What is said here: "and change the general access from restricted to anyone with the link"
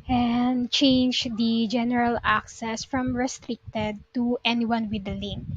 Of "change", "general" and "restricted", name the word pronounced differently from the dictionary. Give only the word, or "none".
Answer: none